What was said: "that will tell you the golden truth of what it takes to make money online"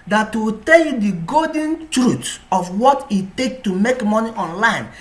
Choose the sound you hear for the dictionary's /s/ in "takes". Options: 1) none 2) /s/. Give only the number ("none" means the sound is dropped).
1